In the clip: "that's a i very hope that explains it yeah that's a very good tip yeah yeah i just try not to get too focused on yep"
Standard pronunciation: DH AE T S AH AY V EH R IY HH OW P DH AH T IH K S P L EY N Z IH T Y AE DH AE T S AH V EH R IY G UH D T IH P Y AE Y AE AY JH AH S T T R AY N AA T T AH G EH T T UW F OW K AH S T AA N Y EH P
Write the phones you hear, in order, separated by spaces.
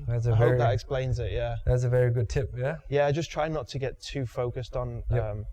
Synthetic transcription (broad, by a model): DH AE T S AH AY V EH IY DH AH T IH K S P L EY N Z IH T Y AE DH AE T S AH V EH R IY G UH D T IH P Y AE Y AE AY JH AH S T T R AY N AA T T AH G EH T T UW F OW K AH S T N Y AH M